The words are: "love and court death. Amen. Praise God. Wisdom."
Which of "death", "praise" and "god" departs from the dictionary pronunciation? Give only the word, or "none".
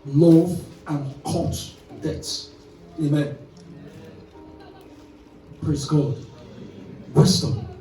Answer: death